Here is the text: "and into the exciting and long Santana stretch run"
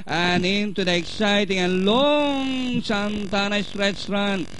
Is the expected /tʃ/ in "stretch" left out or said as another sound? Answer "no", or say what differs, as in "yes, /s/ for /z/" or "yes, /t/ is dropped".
yes, /s/ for /tʃ/